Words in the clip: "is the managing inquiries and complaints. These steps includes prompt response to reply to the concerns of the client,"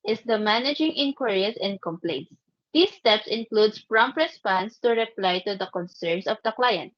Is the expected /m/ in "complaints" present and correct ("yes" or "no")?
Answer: yes